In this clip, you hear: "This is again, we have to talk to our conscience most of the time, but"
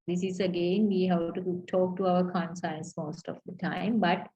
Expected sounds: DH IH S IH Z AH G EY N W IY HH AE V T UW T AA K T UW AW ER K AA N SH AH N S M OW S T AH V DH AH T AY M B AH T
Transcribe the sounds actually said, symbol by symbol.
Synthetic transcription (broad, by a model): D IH S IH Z AH G EY N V IY HH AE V T UW T AA K T UW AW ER K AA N S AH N S M OW S T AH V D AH T AY M B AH T